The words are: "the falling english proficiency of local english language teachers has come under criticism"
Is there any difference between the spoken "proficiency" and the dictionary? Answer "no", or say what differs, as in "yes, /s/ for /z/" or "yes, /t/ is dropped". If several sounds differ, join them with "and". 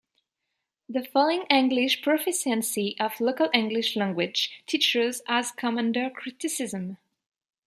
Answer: yes, /s/ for /ʃ/